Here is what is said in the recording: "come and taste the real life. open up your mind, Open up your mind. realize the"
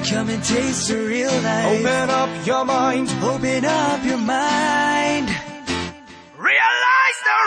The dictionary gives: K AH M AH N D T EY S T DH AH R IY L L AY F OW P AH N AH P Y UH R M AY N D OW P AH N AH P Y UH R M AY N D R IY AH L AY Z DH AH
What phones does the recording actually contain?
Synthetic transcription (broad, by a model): K AH M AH N T EY S T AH R IY L N AY OW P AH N AH P Y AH R M AY N D OW P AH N AH P Y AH R M AY N D R IY AH L AY Z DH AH